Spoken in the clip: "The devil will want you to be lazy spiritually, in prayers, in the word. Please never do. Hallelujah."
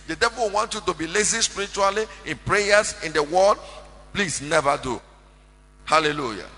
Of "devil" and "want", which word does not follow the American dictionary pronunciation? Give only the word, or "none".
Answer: none